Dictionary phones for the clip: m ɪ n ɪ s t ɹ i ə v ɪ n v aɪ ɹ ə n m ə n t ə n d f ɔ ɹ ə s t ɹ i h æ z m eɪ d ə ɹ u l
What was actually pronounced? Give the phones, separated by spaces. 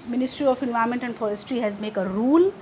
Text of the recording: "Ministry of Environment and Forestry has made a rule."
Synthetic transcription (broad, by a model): m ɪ n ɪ s t ɹ i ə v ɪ n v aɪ ə m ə n t ə n d f ɔ ɹ ə s t ɹ i h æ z m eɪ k ə ɹ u l